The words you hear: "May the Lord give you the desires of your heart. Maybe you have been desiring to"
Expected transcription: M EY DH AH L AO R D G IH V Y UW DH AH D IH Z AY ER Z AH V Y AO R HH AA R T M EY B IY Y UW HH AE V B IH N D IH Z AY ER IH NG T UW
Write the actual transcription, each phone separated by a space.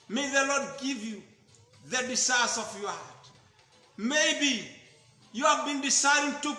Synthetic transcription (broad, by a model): M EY DH AH L AO D G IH V Y UW DH AH D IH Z AY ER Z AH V Y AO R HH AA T M EY B IY Y UW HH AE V B IH N D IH S AY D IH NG T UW